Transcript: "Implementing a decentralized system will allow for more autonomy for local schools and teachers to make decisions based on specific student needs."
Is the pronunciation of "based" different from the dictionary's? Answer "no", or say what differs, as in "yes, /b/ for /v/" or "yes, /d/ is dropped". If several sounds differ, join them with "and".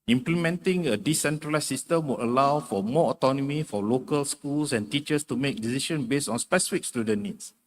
yes, /t/ is dropped